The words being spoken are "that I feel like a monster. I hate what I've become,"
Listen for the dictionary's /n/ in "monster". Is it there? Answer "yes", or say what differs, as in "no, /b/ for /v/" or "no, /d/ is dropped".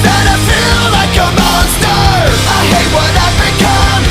no, /n/ is dropped